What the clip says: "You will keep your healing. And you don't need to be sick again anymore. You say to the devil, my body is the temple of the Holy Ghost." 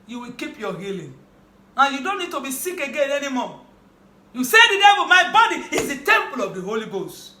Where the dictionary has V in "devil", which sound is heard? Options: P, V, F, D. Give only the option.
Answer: P